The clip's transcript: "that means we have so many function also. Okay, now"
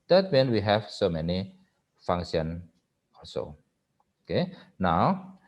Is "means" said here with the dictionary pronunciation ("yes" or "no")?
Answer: no